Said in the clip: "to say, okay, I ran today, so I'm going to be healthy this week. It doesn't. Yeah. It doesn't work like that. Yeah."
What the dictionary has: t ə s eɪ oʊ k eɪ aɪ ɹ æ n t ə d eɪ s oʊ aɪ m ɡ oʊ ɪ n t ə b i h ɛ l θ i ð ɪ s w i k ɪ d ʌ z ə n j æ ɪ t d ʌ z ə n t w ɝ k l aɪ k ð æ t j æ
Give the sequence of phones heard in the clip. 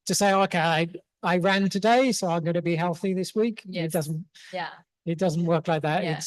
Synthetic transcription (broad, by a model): t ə s eɪ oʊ k eɪ aɪ ɹ æ n t ə d eɪ s oʊ aɪ m ɡ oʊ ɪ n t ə b i h ɛ l θ i ð ɪ s w i k ɪ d ʌ z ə n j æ ɪ t d ʌ z ə n t w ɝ k l aɪ k ð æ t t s